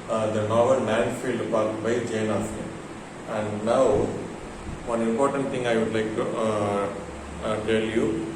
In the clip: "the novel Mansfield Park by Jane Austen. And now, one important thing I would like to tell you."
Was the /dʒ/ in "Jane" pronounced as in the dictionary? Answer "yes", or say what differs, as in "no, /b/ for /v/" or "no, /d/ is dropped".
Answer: yes